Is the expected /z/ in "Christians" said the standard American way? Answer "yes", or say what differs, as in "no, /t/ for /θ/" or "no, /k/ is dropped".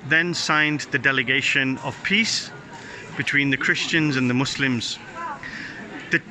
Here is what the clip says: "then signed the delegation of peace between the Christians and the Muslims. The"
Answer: yes